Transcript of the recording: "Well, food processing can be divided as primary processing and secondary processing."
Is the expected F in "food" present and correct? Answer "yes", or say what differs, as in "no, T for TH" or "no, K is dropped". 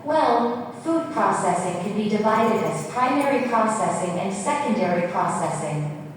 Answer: yes